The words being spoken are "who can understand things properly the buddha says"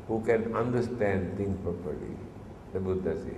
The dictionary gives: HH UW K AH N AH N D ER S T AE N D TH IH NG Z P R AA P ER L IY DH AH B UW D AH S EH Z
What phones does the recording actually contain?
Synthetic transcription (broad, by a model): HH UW K AH N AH N D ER S T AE N D T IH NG P R AA P ER L IY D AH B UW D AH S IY